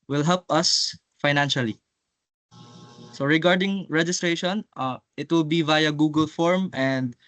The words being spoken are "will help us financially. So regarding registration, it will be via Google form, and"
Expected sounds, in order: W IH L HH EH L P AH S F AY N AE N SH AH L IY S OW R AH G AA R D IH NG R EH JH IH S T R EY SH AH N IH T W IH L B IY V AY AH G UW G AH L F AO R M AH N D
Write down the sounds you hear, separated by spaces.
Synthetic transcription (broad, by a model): W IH L HH EH L P AH S F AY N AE N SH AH L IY S OW R AH G AA R D IH NG R EH JH IH S T R EY SH AH N IH T W IH L B IY V AY AH G UW G AH L F AO R M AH N D